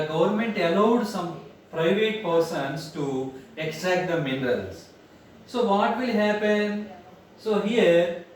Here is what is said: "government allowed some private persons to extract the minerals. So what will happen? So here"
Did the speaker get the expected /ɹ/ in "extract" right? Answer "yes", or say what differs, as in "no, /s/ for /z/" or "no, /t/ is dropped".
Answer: no, /ɹ/ is dropped